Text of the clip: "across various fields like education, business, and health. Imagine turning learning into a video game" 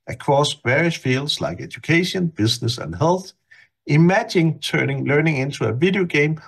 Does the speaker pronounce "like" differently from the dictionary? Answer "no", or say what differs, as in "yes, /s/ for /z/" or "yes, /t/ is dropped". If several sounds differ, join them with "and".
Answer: no